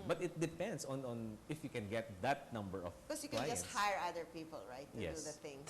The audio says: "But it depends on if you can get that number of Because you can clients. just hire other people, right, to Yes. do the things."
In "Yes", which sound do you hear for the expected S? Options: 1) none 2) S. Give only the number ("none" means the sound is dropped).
1